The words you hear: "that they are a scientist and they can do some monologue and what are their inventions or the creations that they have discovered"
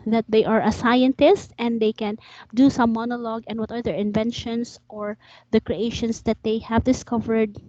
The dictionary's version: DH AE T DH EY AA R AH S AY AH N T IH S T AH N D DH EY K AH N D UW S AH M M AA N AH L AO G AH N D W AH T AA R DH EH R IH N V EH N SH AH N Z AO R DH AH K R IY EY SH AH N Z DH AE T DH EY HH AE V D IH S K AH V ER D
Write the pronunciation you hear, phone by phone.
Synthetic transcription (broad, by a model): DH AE T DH EY AA R AH S AY AH N T IH S T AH N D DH EY K AH N D UW S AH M M AA N AH L AO G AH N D W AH T AA R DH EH R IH N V EH N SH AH N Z AO R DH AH K R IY EY SH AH N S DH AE T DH EY HH AE V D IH S K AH V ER D